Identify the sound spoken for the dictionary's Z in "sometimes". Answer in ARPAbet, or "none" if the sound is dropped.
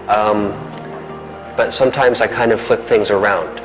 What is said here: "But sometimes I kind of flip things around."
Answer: Z